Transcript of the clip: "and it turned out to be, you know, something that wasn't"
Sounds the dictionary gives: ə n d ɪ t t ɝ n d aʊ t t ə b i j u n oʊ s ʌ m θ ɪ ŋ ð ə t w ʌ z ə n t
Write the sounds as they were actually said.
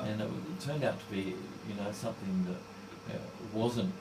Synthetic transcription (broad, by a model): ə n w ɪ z t ɝ n d aʊ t t ə b i j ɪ n oʊ s ʌ m θ ɪ ŋ ð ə t w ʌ z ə n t